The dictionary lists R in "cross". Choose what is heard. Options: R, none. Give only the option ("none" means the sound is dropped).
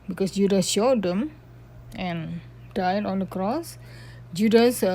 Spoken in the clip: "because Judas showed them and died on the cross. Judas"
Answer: R